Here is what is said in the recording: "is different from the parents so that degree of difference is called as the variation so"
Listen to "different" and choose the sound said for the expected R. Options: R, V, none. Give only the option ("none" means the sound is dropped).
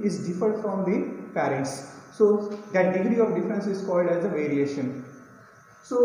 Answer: none